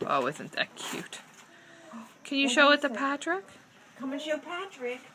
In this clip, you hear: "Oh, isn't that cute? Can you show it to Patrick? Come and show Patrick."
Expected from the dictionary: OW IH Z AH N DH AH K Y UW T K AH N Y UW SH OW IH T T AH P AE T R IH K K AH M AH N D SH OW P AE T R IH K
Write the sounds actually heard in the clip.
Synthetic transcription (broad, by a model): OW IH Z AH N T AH K Y UW T K AH N Y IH SH OW IH T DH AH P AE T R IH K K AH M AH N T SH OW P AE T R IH K